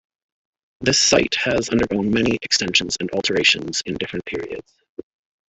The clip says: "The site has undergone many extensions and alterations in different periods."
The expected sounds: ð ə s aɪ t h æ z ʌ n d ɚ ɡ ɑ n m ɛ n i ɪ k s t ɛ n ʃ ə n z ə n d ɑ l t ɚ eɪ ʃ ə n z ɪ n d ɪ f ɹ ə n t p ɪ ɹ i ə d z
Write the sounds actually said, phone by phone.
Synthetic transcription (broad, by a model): ð ə s aɪ t h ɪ z ʌ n d ɚ ɡ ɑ n m ɛ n i ɪ k s t ɛ n ʃ ə n z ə n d ɑ l t ɚ eɪ ʃ ə n z ɪ n d ɪ f ɹ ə n p ɪ ɹ i ə d z